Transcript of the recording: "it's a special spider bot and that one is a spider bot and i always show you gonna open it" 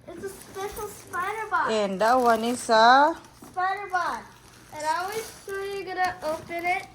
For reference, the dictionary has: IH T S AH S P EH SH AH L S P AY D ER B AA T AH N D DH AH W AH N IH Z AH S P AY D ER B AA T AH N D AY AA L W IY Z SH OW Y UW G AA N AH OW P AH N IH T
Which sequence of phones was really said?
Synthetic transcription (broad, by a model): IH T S AH S P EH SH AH L S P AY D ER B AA AH N D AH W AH N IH S AH S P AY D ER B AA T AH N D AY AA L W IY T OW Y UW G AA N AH OW P AH N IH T